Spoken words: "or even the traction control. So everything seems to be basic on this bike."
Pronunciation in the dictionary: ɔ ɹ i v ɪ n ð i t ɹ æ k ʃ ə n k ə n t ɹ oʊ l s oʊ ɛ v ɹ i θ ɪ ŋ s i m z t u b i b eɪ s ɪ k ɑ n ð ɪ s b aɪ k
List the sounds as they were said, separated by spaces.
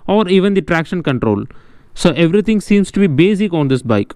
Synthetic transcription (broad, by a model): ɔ ɹ i v ɪ n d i t ɹ æ k ʃ ə n k ə n t ɹ oʊ l s oʊ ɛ v ɹ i t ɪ ŋ s i m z t u b i b eɪ s ɪ k ɑ n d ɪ s b aɪ k